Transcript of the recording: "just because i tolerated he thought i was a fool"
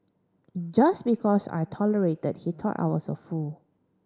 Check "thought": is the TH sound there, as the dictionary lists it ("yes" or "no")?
no